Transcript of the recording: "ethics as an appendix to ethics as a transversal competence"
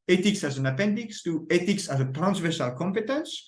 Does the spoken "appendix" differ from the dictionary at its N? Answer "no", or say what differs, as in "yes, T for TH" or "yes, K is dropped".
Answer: no